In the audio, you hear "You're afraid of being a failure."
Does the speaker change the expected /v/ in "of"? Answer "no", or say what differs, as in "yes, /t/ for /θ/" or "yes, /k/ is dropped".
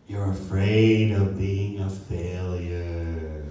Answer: no